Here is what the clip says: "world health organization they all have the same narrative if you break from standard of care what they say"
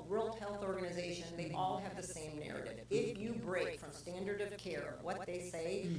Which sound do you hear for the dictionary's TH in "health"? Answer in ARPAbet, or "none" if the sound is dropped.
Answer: TH